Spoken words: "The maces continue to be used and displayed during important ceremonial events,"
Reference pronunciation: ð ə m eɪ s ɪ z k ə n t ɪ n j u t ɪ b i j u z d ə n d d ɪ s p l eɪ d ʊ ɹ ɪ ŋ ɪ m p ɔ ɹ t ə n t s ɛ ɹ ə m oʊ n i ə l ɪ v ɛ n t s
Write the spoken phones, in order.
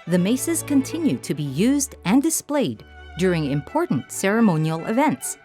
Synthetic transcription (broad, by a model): ð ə m eɪ s ɪ z k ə n t ɪ n j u t ɪ b i j u z d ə n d d ɪ s p l eɪ d ʊ ɹ ɪ ŋ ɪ m p ɔ ɹ t n t s ɛ ɹ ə m oʊ n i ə l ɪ v ɛ n t s